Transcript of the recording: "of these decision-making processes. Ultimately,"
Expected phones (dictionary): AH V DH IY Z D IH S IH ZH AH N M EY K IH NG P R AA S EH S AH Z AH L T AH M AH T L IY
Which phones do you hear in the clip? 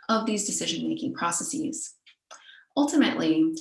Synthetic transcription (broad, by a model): AH V DH IY Z D IH S IH ZH AH N M EY K IH NG P R AA S EH S AH Z AH L T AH M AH T L IY